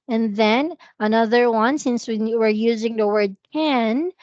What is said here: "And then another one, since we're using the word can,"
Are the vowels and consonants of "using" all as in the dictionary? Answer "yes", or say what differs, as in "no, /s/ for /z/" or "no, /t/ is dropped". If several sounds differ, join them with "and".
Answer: yes